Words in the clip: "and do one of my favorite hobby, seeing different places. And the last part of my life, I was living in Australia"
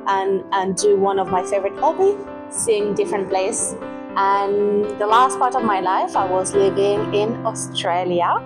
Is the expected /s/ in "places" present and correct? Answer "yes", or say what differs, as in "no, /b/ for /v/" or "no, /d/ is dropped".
no, /s/ is dropped